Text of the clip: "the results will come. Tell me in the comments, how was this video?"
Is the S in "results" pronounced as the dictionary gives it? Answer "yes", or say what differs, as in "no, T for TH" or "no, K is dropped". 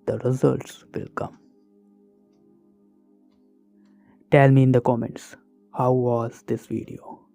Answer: yes